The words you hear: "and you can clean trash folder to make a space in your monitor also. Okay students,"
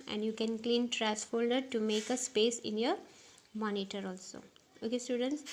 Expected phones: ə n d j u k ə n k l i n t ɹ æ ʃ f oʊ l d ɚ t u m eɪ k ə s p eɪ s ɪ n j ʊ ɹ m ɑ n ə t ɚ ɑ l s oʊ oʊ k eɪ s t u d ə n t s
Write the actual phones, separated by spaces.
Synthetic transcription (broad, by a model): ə n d j u k ə n k l i n t ɹ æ s f oʊ l d ɚ t u m eɪ k ə s p eɪ s ɪ n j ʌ ɹ m ɑ n ə t ɚ ɑ l s oʊ oʊ k eɪ s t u d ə n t s